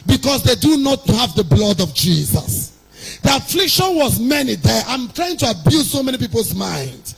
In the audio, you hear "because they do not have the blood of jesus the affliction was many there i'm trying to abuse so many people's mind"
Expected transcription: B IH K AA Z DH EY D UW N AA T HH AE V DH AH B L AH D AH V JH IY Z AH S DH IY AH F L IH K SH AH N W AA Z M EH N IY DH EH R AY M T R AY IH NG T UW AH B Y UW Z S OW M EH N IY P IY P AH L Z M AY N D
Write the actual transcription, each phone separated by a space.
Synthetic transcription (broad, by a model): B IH K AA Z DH EY D UW N AA T HH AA V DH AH B L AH D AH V JH IY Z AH S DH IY AH F L IH K SH AH N W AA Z M EH N IY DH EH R AY M T R AY IH NG T UW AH B Y UW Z S OW M EH N IY P IY P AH L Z M AY N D